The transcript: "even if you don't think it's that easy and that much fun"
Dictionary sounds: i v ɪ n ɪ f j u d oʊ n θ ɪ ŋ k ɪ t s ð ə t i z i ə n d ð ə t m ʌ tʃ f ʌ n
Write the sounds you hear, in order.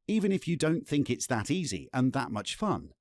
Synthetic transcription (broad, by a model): i v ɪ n ɪ f j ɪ d oʊ n θ ɪ ŋ k ɪ t s ð ə t i z i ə n ð ə t m ʌ tʃ f ʌ n